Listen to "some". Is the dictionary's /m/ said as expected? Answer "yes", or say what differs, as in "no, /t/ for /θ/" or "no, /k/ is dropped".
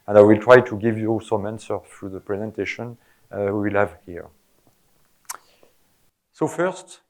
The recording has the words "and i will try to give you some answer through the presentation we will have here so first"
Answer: yes